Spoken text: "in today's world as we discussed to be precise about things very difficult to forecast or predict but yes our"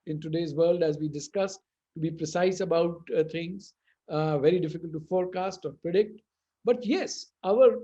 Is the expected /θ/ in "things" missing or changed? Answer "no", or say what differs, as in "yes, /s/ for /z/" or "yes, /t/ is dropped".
yes, /t/ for /θ/